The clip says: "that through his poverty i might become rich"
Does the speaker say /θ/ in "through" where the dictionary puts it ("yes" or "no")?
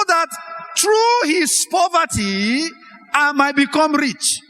no